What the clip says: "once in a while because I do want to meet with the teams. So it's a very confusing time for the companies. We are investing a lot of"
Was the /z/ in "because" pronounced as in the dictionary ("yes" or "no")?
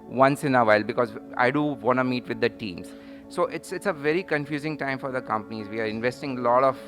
yes